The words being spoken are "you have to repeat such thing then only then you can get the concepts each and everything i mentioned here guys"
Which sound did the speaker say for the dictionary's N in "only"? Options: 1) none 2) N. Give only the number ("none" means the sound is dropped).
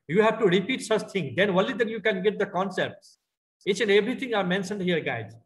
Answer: 1